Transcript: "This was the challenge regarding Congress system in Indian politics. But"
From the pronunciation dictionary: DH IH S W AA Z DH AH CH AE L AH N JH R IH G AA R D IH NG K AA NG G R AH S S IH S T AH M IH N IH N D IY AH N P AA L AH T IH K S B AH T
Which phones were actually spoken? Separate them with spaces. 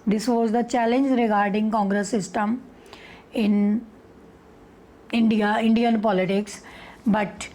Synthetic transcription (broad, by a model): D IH S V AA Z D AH CH AE L AH N JH R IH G AA R D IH NG K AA NG G R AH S S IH S T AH M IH N IH N D IY AH N P AA L AH T IH K S B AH T